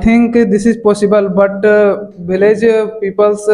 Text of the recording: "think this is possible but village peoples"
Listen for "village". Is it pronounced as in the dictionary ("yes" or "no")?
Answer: no